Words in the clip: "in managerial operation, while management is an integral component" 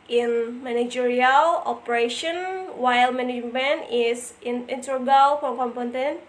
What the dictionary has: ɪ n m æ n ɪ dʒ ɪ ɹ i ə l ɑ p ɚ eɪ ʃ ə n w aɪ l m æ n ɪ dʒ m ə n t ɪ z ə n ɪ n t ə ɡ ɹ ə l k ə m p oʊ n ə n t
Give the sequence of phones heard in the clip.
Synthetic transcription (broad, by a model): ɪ n m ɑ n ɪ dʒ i ɹ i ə l ɑ p ɚ eɪ ʃ ə n w aɪ l m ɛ n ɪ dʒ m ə n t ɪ s ə n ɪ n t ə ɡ ə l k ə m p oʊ n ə n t